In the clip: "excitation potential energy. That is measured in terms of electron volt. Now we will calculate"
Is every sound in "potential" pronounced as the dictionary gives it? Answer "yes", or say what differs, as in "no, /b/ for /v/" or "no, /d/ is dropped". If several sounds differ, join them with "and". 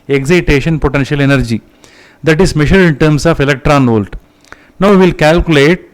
yes